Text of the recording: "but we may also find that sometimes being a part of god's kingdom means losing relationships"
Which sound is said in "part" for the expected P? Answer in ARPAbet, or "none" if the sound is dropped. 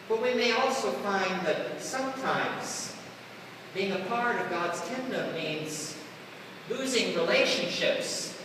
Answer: P